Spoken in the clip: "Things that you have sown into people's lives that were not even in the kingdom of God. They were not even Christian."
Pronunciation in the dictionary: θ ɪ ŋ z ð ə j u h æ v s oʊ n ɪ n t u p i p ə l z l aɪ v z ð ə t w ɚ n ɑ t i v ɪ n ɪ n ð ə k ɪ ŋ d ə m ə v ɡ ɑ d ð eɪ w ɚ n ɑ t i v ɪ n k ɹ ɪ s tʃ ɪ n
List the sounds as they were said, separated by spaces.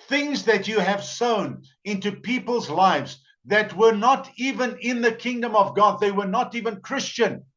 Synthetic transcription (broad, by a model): θ ɪ ŋ z ð ə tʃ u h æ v s oʊ n ɪ n t u p i p ə l z l aɪ v z ð ə t w ɚ n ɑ t i v ɪ n ɪ n ð ə k ɪ ŋ d ə m ə v ɡ ɑ d ð eɪ w ɚ n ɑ t i v ɪ n k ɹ ɪ s tʃ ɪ n